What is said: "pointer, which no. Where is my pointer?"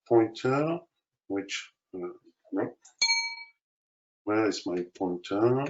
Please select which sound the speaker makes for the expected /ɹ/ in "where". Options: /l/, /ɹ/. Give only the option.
/l/